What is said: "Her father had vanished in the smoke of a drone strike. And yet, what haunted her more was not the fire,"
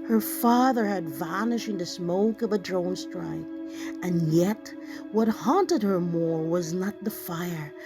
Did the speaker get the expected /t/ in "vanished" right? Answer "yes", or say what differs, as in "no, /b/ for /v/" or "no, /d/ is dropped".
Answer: no, /t/ is dropped